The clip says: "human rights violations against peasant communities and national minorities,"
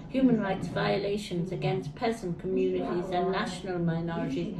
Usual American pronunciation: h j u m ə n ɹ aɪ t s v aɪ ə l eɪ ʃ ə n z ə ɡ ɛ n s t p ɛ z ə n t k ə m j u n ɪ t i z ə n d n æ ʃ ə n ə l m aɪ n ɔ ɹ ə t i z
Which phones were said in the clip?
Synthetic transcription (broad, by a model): h j u m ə n ɹ aɪ t s v aɪ ə l eɪ ʃ ə n z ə ɡ ɛ n s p ɛ z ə n k ə m j u n ɪ t i z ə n n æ ʃ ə n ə l m aɪ n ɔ ɹ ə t i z